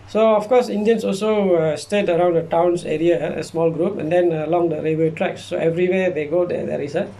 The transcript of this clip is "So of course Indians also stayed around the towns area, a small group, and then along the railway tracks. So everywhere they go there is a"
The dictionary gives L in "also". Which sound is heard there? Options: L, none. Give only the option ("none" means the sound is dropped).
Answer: L